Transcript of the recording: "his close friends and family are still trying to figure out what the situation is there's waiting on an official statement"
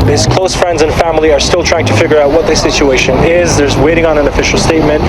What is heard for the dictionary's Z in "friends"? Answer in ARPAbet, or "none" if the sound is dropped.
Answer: Z